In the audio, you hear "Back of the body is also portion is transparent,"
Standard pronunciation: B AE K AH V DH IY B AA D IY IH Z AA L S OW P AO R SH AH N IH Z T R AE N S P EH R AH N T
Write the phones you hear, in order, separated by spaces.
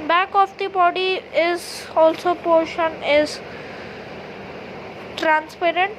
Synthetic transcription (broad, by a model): B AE K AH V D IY B AA D IY IH Z AA L S OW P AO R SH AH N IH Z T R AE N S P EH R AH N T